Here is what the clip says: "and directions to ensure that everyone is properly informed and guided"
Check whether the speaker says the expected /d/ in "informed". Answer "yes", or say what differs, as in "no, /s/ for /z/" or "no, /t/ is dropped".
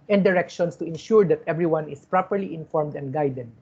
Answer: yes